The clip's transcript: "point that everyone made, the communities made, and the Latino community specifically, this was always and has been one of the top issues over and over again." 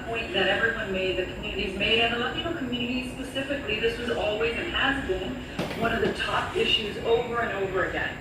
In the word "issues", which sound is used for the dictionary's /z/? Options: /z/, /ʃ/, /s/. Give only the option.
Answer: /z/